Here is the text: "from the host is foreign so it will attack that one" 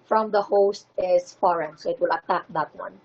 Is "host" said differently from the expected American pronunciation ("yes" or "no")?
no